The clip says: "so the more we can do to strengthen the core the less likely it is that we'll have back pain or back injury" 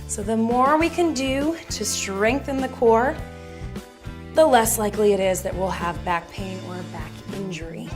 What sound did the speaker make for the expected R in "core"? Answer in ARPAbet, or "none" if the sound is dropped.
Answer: R